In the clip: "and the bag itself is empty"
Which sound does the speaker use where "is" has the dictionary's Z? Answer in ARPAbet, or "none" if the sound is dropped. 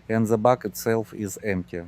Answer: Z